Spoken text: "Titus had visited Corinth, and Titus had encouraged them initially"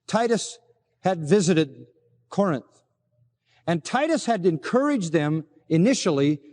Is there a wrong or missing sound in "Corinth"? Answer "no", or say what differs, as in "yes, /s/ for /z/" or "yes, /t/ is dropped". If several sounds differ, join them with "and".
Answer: no